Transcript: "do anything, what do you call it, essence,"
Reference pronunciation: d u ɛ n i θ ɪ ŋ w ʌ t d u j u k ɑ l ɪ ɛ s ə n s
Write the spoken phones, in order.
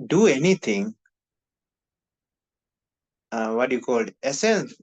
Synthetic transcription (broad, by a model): d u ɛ n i t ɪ ŋ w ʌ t j u k ɑ l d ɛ s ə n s